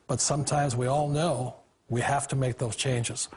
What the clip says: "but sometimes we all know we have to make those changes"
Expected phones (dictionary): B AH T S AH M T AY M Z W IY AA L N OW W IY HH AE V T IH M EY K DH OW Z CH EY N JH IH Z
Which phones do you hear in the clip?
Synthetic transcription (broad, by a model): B AH T S AH M T AY M Z W IY AA L N OW W IY HH AE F T IH M EY K DH OW Z CH EY N JH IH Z